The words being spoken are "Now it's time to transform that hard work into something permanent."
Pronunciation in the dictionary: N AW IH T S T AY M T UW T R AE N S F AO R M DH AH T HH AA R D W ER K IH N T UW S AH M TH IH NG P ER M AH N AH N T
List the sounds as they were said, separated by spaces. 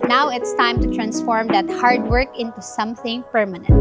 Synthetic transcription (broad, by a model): N AW IH T S T AY M T UW T R AE N S F AO R M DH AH T HH AA R D W ER K IH N T UW S AH M TH IH NG P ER M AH N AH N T